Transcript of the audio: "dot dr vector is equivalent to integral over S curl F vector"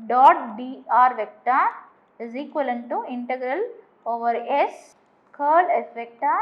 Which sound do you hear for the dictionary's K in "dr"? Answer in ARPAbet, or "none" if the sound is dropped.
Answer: none